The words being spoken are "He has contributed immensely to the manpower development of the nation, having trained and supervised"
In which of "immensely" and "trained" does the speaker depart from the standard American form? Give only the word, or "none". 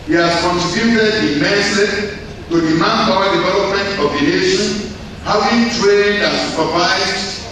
immensely